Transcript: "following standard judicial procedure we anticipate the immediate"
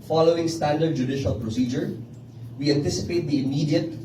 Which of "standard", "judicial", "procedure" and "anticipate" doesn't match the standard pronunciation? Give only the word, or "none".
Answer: none